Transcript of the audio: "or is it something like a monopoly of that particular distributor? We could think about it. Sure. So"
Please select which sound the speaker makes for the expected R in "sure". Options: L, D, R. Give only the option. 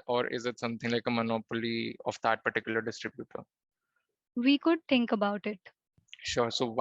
R